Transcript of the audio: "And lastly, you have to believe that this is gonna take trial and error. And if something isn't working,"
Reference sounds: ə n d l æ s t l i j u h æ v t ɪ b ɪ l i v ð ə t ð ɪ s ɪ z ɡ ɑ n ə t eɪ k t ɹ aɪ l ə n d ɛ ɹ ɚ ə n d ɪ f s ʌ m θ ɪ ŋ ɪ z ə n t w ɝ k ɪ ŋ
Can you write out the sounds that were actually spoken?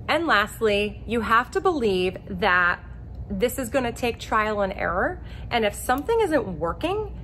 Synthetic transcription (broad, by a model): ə n l æ s t l i j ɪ h æ f t ɪ b ɪ l i v ð ə t ð ɪ s ɪ z ɡ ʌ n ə t eɪ k t ɹ aɪ l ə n ɛ ɹ ɚ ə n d ɪ f s ʌ m θ ɪ ŋ ɪ z ə n t w ɝ k ɪ ŋ